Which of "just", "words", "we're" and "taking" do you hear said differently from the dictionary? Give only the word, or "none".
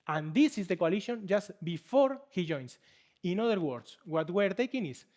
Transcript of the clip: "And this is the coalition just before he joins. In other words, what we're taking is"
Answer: words